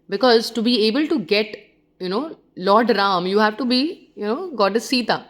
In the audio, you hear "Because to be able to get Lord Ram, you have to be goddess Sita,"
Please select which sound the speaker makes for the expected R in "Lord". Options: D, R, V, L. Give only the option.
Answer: L